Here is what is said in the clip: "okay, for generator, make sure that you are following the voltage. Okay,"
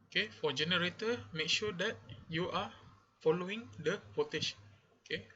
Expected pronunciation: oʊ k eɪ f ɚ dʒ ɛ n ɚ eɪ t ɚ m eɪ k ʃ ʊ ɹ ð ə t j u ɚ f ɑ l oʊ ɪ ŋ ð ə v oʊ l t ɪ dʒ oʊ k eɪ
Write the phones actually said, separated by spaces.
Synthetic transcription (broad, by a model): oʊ k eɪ f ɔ dʒ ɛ n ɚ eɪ t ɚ m eɪ k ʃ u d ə t j u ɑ f ɑ l oʊ ɪ ŋ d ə p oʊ t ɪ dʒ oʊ k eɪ